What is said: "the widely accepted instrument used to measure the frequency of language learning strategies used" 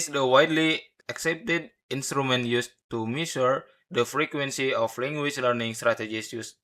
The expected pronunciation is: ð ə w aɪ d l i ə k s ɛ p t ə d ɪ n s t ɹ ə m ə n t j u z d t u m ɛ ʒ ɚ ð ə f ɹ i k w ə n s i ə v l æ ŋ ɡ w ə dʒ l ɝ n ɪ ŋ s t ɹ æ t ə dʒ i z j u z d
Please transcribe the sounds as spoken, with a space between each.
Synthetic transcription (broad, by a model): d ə w aɪ d l i ə k s ɛ p t ə d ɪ n s t ɹ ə m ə n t j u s t u m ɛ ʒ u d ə f ɹ i k w ə n s i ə f l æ ŋ ɡ w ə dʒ l ɝ n ɪ ŋ s t ɹ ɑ t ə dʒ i s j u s